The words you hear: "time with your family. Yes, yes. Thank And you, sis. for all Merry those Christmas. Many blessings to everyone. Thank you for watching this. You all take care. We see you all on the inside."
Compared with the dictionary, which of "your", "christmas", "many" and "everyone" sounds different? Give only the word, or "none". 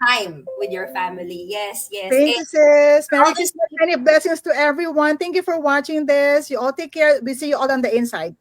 christmas